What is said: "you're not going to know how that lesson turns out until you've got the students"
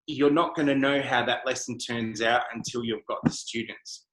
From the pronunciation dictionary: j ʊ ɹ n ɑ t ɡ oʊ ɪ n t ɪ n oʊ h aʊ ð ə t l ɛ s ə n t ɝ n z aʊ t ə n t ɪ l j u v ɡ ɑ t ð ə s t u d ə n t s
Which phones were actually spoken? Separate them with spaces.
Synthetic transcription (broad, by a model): j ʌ ɹ n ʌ t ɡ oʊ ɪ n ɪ n oʊ h aʊ ð ə t l ɛ s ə n t ɝ n z aʊ t ə n t ɪ l j u v ɡ ɑ t ð ə s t u d n t s